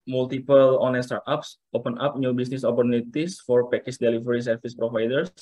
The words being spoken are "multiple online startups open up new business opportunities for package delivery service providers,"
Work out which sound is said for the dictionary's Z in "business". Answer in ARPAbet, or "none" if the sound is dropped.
S